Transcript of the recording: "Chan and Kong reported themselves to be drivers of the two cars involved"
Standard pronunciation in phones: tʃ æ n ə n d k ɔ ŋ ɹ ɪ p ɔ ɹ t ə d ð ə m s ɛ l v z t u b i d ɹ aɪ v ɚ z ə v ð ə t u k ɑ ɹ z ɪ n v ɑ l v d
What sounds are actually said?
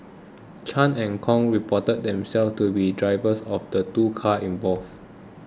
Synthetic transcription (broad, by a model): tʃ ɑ n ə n k ɔ ŋ ɹ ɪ p ɔ t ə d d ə m s ɛ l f t u b i d ɹ aɪ v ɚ s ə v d ə t u k ɑ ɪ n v ɑ l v